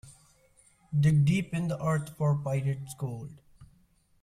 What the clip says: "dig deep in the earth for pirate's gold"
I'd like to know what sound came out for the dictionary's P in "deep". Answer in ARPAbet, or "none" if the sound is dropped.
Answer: P